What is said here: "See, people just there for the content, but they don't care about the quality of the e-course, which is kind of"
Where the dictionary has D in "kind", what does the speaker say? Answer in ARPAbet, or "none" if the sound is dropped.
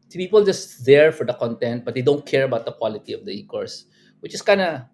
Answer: none